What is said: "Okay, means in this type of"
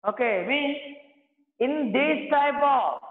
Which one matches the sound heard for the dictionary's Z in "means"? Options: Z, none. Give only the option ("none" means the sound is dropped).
none